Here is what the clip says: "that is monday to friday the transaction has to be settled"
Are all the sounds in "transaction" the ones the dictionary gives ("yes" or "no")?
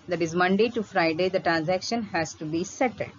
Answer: yes